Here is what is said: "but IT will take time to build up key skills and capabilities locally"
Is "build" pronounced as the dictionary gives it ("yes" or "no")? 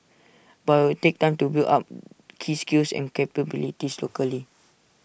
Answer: no